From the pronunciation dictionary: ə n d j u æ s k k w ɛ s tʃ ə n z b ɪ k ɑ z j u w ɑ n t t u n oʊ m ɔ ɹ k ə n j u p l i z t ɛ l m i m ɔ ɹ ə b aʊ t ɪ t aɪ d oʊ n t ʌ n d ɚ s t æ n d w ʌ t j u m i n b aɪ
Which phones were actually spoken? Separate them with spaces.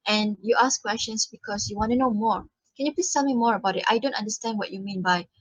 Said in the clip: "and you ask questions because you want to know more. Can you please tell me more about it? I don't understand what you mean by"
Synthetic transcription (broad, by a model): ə n j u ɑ s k k w ɛ s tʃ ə n s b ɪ k ɑ s j u w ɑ n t t u n oʊ m ɔ ɹ k ə n j u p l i t ɛ l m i m ɔ ɹ ə b aʊ t ɪ t aɪ d oʊ n t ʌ n d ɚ s t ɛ n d w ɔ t j u m i n b aɪ